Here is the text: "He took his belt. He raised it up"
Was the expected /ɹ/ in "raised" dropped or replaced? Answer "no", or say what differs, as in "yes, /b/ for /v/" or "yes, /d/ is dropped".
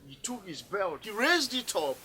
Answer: no